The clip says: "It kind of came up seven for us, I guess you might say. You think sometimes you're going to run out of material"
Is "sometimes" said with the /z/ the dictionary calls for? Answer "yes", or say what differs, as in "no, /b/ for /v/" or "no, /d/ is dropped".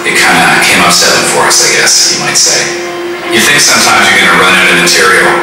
yes